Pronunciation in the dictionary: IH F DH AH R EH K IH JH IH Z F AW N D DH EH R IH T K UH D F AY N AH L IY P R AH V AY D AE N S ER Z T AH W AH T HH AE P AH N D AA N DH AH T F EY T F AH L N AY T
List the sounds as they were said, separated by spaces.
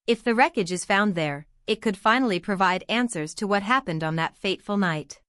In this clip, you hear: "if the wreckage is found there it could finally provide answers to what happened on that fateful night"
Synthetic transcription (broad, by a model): IH F DH AH R EH K IH JH IH Z F AW N DH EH R IH T K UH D F AY N L IY P R AH V AY D AE N S ER Z T AH W AH T HH AE P AH N D N DH AH T F EY T F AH L N AY T